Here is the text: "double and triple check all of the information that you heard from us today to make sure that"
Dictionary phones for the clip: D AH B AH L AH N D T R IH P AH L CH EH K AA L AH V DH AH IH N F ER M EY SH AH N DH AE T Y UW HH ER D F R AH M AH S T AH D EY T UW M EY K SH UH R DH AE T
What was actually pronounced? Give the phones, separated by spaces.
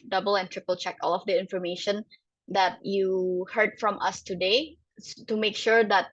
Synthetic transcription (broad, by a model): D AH B AH L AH N T R IH P AH L CH EH K AA L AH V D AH IH N F ER M EY SH AH N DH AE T Y UW HH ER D F R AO M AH S T AH D EY T UW M EY K SH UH R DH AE T